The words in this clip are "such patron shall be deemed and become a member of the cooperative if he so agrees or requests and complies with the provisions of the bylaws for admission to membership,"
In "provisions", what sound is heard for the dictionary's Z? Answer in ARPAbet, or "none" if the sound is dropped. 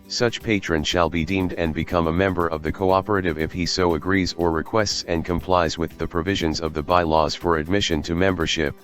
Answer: Z